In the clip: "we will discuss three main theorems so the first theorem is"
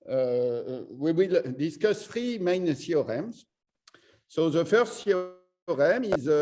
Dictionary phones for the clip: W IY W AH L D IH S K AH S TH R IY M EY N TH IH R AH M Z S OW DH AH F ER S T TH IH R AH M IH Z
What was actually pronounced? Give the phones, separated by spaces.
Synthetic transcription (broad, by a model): W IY W AH L D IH S K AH S F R IY M EY N S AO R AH M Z S OW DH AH F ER S T S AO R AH M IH Z